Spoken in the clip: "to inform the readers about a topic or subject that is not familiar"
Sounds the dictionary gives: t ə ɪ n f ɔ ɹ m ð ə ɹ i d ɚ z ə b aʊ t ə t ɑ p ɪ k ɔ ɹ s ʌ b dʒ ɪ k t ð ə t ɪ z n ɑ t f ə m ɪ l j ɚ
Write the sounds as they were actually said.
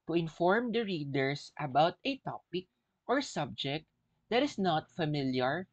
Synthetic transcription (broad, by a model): t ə ɪ n f ɔ ɹ m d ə ɹ i d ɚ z ə b aʊ t ə t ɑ p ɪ k ɔ ɹ s ʌ b dʒ ɪ k t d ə t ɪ s n ɑ t f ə m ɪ l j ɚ